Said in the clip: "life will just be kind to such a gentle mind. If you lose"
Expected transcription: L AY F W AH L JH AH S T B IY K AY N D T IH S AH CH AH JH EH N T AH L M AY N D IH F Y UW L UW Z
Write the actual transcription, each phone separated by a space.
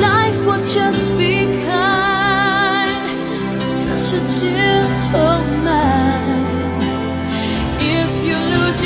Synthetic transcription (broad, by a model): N AY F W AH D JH AH S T B IY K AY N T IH S AH CH AH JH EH L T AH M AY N IH F Y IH L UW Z